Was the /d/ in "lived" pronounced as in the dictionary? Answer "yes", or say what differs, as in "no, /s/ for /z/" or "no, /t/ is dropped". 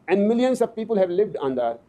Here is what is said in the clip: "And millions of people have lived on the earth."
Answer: yes